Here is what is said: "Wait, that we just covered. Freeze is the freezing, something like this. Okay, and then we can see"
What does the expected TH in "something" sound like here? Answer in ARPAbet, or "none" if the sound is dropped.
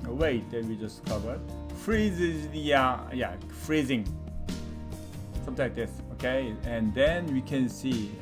T